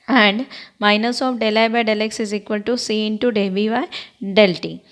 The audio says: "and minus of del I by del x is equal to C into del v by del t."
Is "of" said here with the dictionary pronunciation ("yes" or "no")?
no